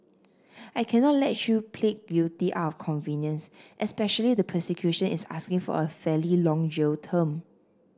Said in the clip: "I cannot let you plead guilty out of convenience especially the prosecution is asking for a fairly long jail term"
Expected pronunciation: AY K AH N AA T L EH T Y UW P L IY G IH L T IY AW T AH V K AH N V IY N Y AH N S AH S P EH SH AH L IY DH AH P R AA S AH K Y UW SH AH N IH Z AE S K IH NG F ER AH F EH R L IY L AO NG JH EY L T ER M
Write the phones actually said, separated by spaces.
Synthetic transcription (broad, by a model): AY K AH N AA T L EH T Y UW P L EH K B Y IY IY T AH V K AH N V IY N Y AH N S AH S P EH SH AH L IY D AH P AH S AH K Y UW SH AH N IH S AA S K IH NG F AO AH F EH L IY L AO NG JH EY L T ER M